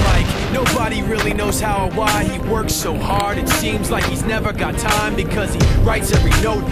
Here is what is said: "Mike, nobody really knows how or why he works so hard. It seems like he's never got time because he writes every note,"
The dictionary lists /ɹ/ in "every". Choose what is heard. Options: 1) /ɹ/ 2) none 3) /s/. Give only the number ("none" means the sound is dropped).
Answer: 1